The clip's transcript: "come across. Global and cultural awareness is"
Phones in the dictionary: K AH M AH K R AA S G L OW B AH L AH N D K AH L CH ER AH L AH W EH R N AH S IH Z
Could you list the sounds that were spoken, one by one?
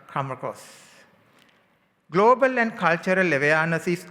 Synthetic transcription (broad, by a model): K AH M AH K AA S G L OW B AH L AH N D K AH L CH ER AH L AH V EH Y N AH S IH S